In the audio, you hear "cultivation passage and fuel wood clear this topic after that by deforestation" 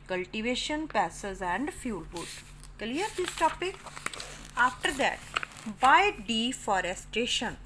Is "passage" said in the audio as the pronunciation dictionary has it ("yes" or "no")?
no